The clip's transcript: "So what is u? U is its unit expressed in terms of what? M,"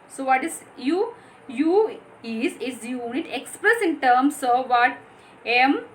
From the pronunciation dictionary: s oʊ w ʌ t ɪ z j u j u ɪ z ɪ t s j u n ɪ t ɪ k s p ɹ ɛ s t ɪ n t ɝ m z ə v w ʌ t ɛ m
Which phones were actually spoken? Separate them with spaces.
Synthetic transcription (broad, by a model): s oʊ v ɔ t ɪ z j u j u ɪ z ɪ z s j u n ɪ t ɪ k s p ɹ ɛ s ɪ n t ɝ m s ə v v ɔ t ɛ m